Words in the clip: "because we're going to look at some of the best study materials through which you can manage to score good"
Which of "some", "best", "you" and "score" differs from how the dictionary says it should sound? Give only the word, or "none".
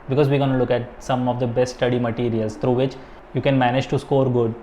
none